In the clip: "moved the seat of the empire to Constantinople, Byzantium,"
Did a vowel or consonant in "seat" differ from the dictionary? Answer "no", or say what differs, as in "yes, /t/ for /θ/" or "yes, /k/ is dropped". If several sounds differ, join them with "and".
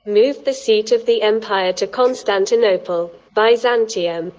no